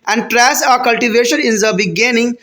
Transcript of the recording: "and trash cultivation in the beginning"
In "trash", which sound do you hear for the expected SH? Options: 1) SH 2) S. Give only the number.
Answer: 2